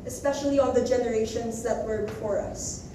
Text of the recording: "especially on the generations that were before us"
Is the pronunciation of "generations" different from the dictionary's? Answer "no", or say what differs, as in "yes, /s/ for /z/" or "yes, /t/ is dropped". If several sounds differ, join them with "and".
no